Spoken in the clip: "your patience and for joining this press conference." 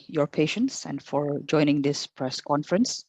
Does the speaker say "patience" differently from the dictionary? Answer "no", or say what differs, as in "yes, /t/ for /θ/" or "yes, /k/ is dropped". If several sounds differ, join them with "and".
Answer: no